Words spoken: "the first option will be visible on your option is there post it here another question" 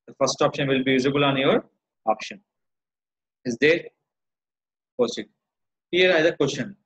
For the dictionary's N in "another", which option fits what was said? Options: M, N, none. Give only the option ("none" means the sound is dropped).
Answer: none